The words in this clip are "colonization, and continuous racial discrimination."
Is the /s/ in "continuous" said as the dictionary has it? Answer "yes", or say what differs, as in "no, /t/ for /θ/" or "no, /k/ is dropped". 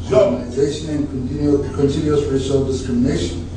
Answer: no, /s/ is dropped